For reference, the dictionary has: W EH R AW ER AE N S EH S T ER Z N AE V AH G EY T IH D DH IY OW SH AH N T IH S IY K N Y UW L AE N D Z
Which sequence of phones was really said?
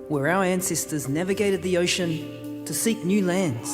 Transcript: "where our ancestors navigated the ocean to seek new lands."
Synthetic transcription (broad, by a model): W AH R AW ER AE N S EH S T ER Z N AE V AH G EY T IH D DH IY OW SH AH N T IH S IY K N Y UW L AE N D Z